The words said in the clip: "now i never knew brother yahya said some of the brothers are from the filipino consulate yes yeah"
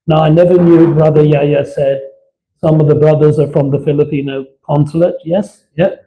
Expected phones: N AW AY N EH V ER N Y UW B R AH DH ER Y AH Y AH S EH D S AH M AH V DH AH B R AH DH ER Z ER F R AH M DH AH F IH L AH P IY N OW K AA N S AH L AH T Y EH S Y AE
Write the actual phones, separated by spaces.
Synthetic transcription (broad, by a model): N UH AY N EH V ER N Y UW B R AH DH ER Y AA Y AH S EH D S AH M AH V DH AH B R AH DH ER Z ER F R AH M DH AH F IH L AH P IY N OW K AA N S AH L AH T Y EH S Y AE